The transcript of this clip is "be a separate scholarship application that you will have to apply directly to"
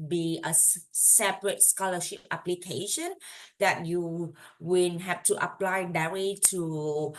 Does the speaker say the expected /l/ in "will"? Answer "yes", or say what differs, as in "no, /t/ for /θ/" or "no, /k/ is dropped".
no, /n/ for /l/